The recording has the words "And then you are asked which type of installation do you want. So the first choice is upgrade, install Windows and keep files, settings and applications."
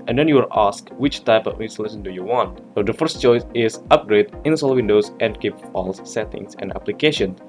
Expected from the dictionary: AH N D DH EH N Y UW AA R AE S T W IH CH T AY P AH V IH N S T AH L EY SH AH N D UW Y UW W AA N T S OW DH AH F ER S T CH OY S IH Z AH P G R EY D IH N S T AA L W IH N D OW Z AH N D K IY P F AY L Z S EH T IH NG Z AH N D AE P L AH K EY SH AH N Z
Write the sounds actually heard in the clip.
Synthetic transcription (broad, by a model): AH N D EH N Y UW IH L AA S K W IH CH T AY P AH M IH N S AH L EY S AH N D UW Y UW W AA N T S OW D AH F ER S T CH OY S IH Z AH P G R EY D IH N S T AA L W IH N D OW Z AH N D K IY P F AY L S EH T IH NG S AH N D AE P L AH K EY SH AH N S